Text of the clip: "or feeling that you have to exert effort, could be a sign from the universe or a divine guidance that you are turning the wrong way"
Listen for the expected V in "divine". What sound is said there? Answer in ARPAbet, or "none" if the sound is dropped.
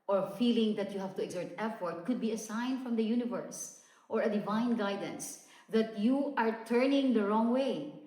V